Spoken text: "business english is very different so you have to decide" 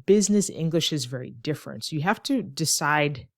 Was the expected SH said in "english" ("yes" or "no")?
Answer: yes